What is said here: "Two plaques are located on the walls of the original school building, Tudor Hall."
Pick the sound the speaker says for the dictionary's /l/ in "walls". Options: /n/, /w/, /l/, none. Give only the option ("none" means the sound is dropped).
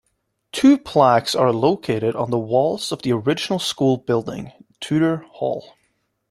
/l/